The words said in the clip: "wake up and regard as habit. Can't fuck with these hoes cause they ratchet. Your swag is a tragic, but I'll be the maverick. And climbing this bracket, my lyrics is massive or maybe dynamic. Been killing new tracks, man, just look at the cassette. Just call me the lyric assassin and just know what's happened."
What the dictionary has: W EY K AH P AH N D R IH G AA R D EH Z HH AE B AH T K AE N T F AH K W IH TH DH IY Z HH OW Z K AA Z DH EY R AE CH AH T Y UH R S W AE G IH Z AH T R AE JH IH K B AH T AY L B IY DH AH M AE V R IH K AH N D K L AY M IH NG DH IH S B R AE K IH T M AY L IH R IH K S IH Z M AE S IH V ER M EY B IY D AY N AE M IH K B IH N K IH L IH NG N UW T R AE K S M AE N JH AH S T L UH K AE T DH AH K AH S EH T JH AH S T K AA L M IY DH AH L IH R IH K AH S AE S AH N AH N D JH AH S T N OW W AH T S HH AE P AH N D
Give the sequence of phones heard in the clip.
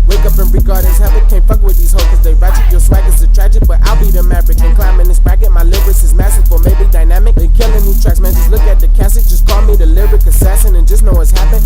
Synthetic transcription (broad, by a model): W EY K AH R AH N R IH G AA R D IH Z HH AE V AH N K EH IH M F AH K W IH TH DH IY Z HH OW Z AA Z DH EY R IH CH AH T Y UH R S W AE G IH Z AH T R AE JH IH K B AH T AY L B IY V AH M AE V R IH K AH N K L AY M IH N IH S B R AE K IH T M AY L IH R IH S IH Z M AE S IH F ER M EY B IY D AY N AE M IH K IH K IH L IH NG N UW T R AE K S M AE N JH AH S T L UH K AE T DH AH K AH S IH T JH AH S K AA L M IY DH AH L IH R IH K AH S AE SH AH N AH N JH AH S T N OW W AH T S HH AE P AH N